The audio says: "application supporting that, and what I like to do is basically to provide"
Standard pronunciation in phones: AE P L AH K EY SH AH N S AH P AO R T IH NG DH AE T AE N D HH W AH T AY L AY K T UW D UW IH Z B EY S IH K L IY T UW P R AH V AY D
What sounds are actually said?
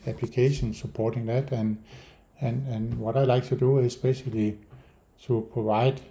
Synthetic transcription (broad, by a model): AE P L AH K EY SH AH N S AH P AO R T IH NG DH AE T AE N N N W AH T AY L AY K T UW D UW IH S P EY SH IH L IY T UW P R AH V AY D